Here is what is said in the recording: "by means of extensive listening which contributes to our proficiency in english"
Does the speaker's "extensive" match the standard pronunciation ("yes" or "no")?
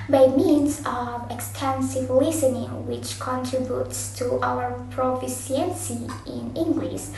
yes